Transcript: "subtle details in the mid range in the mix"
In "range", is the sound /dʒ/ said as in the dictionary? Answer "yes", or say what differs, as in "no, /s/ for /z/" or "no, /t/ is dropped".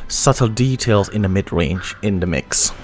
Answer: yes